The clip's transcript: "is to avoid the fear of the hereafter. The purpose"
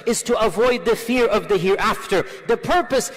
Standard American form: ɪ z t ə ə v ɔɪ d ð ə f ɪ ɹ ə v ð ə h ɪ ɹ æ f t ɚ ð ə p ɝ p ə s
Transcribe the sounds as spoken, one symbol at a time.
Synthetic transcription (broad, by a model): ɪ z t ə ə v ɔɪ d ð ə f ɪ ɹ ə v ð ə h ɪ ɹ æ f t ɚ ð ə p ɝ p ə s